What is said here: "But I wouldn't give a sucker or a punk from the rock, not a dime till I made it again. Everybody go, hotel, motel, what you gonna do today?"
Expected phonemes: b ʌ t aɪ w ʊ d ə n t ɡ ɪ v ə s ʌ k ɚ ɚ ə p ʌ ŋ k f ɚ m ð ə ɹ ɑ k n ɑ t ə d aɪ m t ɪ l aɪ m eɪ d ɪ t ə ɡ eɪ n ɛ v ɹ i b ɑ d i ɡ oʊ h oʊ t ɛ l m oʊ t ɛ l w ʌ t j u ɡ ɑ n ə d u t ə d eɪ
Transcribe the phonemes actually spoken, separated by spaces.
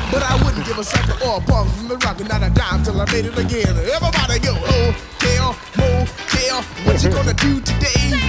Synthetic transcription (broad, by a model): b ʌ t aɪ w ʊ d n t ɡ ɪ v ə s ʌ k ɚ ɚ ə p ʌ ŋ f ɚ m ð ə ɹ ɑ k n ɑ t ə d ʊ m t ɪ l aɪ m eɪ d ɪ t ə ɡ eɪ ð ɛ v i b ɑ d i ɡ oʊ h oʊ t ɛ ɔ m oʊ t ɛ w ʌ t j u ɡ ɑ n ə d u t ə d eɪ